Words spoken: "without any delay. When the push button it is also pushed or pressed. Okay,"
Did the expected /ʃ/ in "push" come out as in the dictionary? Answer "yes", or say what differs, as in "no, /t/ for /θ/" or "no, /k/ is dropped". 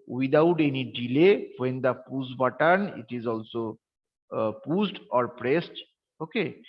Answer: no, /s/ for /ʃ/